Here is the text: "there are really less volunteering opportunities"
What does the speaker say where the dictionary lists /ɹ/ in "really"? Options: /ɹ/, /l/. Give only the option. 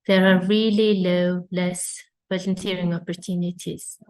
/l/